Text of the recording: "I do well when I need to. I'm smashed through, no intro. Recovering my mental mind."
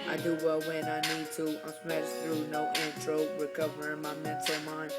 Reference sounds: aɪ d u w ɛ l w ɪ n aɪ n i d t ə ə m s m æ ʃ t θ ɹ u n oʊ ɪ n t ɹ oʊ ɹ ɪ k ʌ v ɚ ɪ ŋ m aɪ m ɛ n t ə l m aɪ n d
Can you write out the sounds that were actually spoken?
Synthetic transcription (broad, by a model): aɪ d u w ɛ l w ɪ n aɪ n i d t ə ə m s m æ t θ ɹ u n oʊ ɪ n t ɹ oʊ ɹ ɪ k ʌ v ɚ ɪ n m aɪ m ɛ n t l m aɪ n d